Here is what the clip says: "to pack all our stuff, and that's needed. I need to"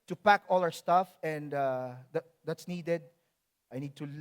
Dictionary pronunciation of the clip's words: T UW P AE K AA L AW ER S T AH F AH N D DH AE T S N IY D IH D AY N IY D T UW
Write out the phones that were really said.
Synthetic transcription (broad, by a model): T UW P AE K AA L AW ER S T AH F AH N D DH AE T S N IY D IH D AY N IY D T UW